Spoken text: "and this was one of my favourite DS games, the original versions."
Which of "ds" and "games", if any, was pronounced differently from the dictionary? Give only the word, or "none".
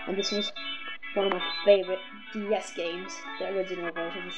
none